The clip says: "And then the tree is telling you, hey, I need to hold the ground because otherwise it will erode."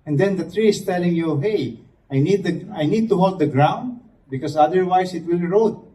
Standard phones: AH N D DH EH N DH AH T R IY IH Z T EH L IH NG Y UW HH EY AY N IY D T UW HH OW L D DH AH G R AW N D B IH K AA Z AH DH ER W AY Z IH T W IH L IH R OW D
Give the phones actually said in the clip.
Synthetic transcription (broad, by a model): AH N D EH N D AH T R IY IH S T EH L IH NG Y UW HH EY AY N IY D T UW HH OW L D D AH G R AW N D B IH K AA S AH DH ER W AY S IH T W IH L R OW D